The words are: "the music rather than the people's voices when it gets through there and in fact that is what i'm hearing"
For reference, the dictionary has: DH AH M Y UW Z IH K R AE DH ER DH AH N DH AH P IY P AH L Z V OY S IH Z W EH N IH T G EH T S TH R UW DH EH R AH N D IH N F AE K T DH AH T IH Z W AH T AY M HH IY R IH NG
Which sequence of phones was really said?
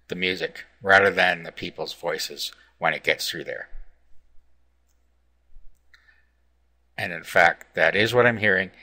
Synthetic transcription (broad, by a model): DH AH M Y UW Z IH K R AE DH ER DH AH N DH AH P IY P L Z V OY S IH Z W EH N IH T G EH T S TH R UW DH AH R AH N IH N F AE K T DH AH T IH Z W AH T AY M HH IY R IH NG